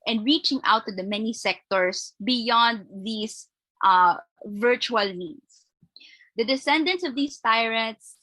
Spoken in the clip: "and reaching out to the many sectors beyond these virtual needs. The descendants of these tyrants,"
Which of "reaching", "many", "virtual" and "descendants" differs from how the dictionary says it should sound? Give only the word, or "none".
none